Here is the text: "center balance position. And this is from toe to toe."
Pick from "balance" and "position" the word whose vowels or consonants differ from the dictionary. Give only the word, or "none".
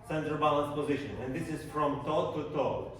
none